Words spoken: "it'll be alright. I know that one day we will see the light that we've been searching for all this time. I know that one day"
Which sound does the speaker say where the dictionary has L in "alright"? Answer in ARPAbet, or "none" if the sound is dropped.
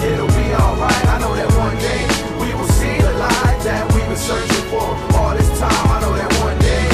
L